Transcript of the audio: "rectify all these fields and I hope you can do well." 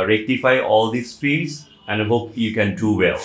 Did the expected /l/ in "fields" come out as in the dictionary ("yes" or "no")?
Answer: no